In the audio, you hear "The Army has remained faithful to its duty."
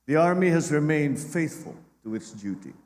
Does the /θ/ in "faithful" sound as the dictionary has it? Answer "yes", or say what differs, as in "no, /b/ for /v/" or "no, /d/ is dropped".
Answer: yes